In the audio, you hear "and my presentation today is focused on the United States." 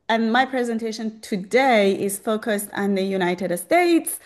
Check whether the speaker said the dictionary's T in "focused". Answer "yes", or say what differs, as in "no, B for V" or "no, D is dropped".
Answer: yes